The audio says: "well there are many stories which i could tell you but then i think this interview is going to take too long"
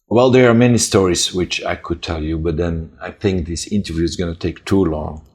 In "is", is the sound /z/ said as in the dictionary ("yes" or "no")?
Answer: yes